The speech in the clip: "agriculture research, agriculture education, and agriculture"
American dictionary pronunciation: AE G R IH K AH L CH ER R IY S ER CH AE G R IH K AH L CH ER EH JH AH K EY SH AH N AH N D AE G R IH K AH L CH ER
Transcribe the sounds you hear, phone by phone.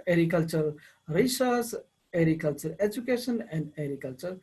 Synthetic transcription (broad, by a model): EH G R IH K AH L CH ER R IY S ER S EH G R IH K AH L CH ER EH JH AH K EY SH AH N AH N D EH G R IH K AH L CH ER